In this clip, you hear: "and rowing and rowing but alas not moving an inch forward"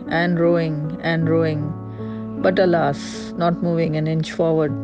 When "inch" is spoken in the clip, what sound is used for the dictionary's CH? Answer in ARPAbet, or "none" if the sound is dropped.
CH